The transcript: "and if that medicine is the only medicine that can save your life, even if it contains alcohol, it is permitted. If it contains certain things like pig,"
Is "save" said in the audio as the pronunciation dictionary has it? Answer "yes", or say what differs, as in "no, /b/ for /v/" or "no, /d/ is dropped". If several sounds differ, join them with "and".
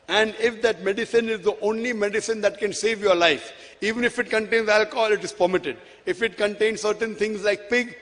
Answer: yes